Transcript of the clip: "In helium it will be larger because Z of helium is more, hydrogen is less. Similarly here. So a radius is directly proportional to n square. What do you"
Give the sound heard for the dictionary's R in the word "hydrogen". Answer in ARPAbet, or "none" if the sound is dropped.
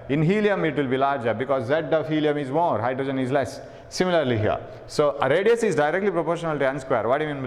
R